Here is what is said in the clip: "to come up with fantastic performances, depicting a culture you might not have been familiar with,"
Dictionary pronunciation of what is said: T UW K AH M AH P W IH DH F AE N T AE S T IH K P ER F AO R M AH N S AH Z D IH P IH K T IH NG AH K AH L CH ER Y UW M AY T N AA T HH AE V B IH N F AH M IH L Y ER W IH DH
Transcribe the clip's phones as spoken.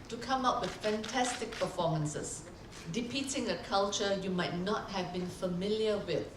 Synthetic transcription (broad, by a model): T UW K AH M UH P W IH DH F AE N T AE S T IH K P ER F AO M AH N S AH S D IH P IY T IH NG AH K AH L CH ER Y UW M AY T N AA T HH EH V B IH N F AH M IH L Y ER W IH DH